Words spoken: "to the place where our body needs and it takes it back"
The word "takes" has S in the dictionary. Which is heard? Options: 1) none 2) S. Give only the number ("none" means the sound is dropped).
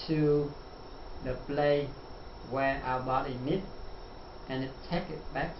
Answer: 1